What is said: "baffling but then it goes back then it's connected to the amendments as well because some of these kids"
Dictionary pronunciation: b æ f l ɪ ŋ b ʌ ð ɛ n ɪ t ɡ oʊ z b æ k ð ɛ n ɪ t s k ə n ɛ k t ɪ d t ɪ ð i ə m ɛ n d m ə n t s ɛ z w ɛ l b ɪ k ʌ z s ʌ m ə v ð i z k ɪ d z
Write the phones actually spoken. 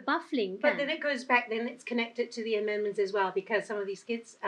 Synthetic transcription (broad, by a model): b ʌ f l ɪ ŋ b ʌ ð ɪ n ɪ t ɡ oʊ z b æ k ð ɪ n ɪ t s k ə n ɛ k t ɪ d t ɪ ð i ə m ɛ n m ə n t s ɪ z w ɛ l b ɪ k ʌ z s ʌ m ə v ð i z k ɪ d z